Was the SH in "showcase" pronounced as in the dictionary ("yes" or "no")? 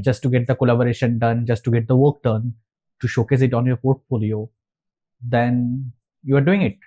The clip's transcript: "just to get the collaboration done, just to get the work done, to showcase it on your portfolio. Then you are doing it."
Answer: yes